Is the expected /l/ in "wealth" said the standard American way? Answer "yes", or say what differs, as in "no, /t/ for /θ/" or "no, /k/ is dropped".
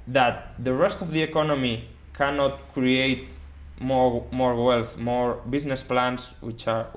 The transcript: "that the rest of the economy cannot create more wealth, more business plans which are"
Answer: yes